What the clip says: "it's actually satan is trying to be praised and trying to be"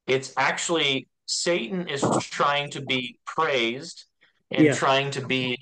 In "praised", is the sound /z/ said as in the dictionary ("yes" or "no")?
yes